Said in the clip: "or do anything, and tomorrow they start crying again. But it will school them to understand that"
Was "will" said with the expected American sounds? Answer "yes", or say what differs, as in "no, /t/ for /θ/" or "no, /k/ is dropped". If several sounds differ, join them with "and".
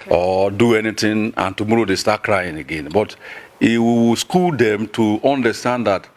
no, /w/ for /l/